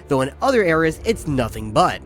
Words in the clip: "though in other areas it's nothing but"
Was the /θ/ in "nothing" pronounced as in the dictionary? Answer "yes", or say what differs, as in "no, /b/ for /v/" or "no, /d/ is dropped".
yes